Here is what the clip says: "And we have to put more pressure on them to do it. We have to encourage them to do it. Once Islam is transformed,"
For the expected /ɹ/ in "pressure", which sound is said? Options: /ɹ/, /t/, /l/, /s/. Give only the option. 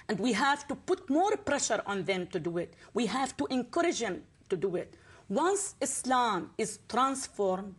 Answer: /ɹ/